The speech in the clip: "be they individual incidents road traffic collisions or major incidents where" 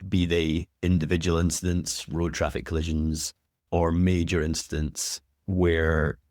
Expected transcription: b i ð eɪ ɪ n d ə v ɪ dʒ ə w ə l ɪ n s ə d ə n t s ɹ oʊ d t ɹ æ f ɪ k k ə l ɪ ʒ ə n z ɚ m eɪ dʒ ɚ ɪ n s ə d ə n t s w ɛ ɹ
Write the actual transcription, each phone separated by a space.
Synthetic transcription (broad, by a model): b i ð eɪ ɪ n d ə v ɪ dʒ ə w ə l ɪ n s ə d ə n t s ɹ oʊ d t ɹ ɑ f ɪ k k ə l ɪ ʒ ə n z ɚ m eɪ dʒ ɚ ɪ n s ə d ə n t s w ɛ ɹ